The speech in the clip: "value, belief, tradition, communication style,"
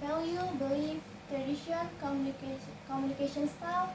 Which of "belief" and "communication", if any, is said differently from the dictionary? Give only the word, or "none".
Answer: belief